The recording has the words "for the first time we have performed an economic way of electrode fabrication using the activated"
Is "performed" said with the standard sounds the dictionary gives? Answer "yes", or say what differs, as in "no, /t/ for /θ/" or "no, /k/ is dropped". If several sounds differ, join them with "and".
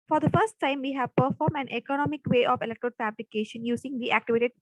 no, /d/ is dropped